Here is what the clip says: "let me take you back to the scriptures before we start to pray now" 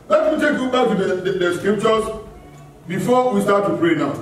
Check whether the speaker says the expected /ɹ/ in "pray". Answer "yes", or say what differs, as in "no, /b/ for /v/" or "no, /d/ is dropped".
yes